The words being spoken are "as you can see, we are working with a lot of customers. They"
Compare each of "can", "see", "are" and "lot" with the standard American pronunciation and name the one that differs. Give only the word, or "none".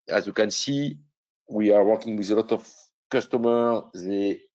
none